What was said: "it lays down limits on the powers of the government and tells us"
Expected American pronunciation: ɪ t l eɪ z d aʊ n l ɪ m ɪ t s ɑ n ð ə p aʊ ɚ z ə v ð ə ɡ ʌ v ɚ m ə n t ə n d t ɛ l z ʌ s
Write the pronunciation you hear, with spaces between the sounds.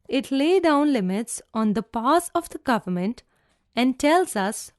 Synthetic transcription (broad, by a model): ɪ t l eɪ d aʊ n l ɪ m ɪ t s ɑ n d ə p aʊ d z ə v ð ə ɡ ʌ v ɚ m ə n t ə n d t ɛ l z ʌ s